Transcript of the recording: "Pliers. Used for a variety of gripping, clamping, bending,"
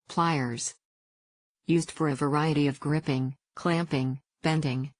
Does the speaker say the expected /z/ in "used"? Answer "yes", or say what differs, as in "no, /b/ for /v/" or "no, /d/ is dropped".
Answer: yes